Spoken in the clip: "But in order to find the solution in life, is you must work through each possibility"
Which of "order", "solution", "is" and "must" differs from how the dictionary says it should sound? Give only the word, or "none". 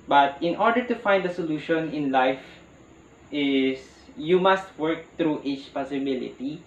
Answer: is